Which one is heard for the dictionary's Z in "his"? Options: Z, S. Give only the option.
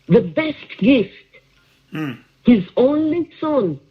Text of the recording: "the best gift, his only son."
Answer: Z